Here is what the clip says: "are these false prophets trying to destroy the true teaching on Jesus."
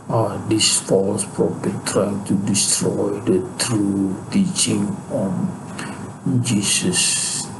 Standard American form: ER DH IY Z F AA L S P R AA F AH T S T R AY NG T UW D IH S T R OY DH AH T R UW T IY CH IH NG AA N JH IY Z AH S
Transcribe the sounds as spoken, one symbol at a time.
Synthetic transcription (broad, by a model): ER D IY S F AA L S P R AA P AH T T R AY NG T UW D IH S T R OY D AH T R UW T IY CH IH NG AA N JH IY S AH S